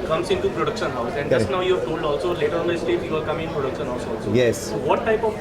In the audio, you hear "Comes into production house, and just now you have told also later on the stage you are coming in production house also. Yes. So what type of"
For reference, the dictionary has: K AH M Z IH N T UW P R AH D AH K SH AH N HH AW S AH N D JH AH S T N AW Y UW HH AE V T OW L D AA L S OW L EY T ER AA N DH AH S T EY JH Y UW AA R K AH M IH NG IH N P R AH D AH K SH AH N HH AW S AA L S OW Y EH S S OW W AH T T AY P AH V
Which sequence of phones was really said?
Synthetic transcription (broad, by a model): K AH M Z IH N T UW P R AH D AH K SH AH N HH AW S AH N D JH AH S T N AW Y UW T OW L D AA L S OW L EY T ER AA N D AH S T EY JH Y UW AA L K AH M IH IH N P R AH D AH K SH AH N HH AW S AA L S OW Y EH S S OW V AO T T AY P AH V